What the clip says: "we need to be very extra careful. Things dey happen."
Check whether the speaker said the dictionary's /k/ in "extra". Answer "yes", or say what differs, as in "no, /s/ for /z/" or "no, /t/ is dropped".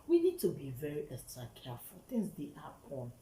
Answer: no, /k/ is dropped